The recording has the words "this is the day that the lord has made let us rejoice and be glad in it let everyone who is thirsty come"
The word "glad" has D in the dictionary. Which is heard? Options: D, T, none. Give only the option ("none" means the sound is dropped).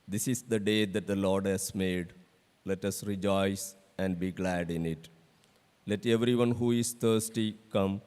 D